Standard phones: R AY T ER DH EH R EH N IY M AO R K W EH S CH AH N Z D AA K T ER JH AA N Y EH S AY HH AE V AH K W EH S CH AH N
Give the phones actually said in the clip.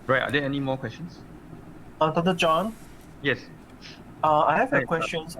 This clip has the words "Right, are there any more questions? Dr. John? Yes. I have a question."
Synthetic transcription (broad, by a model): R AY T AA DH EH EH N IY M AO K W EH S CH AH N S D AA T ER JH AA N Y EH S AY HH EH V AH K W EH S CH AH N